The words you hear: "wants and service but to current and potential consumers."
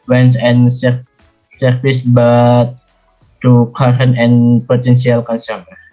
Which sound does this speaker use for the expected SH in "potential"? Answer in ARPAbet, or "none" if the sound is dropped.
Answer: S